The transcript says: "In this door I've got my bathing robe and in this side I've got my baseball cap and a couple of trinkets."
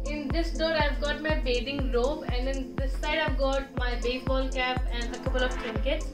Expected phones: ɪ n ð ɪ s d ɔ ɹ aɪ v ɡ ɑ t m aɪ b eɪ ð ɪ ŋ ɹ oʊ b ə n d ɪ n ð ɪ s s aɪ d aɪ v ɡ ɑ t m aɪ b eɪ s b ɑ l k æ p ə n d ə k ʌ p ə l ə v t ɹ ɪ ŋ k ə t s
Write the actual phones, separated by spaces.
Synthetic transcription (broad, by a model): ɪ n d ɪ s d ɔ ɹ aɪ v ɡ ɑ t m aɪ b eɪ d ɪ ŋ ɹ oʊ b ə n d ɪ n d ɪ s s aɪ d aɪ v ɡ ɑ t m aɪ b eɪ b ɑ l k æ p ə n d ə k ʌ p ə l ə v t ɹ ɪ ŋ k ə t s